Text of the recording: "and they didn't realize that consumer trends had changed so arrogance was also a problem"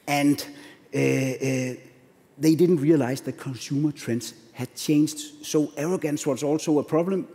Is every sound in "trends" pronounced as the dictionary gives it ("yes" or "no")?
no